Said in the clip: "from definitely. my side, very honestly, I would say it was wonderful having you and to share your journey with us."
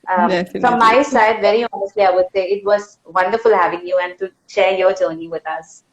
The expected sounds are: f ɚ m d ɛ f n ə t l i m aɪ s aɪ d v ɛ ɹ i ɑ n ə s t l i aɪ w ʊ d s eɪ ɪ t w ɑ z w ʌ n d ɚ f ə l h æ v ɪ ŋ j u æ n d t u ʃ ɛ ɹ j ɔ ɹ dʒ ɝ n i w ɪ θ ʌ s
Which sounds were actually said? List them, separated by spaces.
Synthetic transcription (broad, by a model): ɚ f ə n m aɪ s aɪ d v ɛ ɹ i ɑ n ə s t l i aɪ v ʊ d s eɪ ɪ t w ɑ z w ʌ n d ɚ f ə l h æ v ɪ ŋ j u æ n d t u ʃ ɛ ɹ j ɔ ɹ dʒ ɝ n i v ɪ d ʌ s